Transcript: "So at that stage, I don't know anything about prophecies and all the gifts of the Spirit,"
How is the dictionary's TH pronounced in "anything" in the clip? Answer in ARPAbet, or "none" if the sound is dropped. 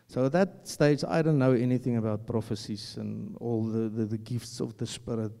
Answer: TH